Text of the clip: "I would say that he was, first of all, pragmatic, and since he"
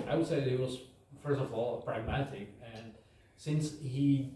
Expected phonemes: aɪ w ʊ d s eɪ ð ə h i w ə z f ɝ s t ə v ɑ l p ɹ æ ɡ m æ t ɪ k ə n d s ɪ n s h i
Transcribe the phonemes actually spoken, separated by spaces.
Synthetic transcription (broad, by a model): aɪ w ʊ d s eɪ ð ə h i w ə z f ɝ s t ə v ɑ l p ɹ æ ɡ m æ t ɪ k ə n s ɪ n s h i